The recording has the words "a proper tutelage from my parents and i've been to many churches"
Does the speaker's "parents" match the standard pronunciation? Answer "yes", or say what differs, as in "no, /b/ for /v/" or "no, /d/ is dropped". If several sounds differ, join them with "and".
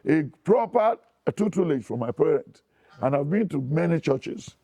no, /s/ is dropped